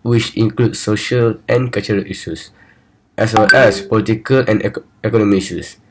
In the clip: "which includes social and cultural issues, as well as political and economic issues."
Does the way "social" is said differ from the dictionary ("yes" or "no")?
no